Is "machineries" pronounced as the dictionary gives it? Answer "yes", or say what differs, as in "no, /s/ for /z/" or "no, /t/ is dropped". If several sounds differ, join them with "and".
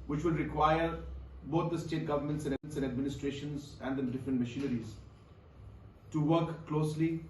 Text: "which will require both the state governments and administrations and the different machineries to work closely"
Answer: yes